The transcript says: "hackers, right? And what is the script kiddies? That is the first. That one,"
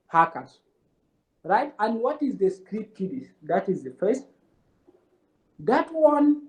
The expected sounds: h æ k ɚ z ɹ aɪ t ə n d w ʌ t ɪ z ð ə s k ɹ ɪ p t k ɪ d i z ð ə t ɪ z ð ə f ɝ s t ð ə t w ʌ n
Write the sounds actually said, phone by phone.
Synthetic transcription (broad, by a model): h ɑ k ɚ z ɹ aɪ t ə n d w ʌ t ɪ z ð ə s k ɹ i t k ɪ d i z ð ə t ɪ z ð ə f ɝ s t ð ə t w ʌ n